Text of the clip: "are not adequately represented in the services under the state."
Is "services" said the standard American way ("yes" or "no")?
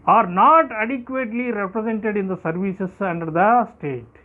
no